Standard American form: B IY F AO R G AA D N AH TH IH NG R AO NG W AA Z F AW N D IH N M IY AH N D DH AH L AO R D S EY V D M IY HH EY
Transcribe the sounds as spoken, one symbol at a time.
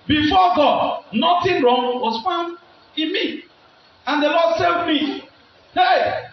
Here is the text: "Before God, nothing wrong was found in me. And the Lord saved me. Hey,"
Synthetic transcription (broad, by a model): B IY F AO G AA D N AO T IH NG R AO NG W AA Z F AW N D IH N M IY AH N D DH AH L AO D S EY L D M IY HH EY